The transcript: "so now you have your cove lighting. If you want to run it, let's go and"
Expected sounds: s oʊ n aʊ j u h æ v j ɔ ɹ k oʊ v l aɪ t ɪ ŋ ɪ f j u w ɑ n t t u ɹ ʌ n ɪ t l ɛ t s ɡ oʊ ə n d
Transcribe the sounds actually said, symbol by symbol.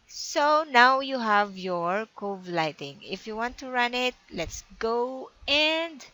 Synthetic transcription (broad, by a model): s oʊ n aʊ j u h æ v j ɔ ɹ k oʊ v l aɪ t ɪ ŋ ɪ f j u w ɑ n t t u ɹ ʌ n ɪ t l ɛ t s ɡ oʊ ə n d